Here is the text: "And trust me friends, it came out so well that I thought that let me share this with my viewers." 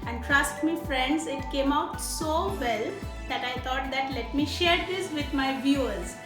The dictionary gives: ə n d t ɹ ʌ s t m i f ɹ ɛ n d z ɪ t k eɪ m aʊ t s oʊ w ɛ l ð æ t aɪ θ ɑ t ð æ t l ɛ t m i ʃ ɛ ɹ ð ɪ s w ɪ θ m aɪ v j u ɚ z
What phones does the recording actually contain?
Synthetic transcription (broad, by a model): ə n d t ɹ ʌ s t m i f ɹ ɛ n d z ɪ t k eɪ m aʊ t s oʊ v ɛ l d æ t aɪ t ɑ t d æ t l ɛ t m i ʃ ɛ ɹ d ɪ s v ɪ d m aɪ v j u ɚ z